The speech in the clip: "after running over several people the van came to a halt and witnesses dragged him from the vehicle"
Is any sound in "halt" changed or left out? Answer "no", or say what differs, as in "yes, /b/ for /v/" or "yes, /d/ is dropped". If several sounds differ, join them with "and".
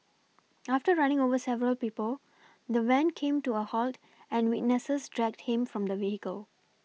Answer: no